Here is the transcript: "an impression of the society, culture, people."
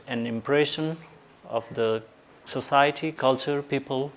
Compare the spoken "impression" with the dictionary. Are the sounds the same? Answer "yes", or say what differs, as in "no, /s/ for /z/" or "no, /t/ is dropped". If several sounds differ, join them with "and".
yes